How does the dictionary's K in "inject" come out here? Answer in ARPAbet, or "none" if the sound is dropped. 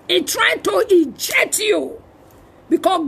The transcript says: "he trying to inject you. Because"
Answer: none